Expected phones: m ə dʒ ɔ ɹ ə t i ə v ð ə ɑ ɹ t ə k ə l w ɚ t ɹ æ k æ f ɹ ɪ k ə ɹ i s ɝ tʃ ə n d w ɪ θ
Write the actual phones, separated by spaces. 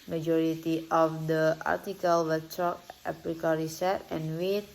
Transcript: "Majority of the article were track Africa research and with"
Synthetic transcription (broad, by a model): m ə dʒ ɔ ɹ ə t i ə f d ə ɑ ɹ t ə k ə l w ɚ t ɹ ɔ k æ p ɹ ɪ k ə ɹ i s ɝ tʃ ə n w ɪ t